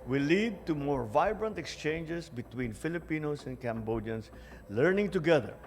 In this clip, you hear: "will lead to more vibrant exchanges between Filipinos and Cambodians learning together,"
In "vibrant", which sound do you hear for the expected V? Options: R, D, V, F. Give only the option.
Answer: V